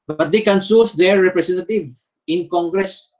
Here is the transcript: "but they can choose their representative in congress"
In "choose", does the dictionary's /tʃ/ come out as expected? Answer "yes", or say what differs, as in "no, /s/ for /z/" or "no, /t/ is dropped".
no, /s/ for /tʃ/